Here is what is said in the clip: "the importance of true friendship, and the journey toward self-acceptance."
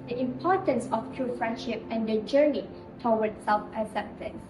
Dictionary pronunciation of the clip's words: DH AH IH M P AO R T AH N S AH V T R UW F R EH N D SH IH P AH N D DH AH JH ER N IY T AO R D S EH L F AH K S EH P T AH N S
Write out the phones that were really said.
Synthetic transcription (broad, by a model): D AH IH M P AO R T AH N S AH F T R UW F R EH N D SH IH P AH N D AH JH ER N IY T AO W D S EH L F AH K S EH P T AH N S